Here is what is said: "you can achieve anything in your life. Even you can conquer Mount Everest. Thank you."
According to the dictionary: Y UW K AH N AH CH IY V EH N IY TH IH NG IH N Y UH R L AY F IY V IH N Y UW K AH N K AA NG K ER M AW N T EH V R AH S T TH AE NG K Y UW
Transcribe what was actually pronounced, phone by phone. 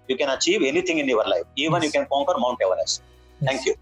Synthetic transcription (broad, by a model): Y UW K AH N AH CH IY V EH N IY T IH NG IH N Y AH R L AY F IY V IH N Y UW K AH N K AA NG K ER M AW N T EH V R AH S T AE NG K Y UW